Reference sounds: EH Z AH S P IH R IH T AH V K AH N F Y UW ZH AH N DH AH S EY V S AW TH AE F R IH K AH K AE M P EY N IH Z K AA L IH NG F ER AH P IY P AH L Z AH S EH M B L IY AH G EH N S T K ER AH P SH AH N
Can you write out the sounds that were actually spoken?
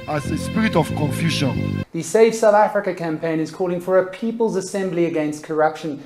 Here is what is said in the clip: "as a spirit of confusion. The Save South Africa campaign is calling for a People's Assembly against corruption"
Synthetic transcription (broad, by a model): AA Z AH S P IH R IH T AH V K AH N F Y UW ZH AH N DH AH S EY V S AW TH AE F R IH K AH K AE M P EY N IH Z K AA L IH NG F ER AH P IY P AH L Z AH S EH M B L IY AH G EH N S T K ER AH P SH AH N